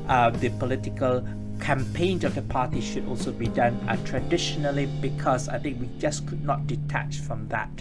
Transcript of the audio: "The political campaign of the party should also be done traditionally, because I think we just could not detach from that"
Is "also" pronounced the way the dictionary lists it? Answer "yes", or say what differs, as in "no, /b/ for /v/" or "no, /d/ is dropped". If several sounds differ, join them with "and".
yes